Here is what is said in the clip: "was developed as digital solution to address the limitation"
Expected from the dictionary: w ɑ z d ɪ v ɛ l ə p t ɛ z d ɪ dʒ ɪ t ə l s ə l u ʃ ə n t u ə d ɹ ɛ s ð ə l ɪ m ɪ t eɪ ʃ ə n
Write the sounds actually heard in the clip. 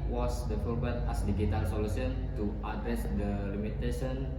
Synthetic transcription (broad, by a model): w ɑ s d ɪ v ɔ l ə t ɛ s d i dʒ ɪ t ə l s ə l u s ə n t u ə d ɹ ɛ s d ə l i m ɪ t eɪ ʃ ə n